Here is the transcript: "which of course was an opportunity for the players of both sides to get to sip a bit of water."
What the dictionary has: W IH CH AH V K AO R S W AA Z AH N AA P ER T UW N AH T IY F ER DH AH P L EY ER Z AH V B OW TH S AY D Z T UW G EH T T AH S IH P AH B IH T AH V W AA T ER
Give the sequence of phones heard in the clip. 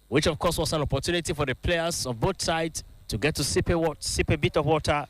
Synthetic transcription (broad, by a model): W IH CH AH V K AO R S W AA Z AH N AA P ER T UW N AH T IY F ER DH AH P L EY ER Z AH V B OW T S AY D T UW G EH T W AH S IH P AH B IH T AH V W AA T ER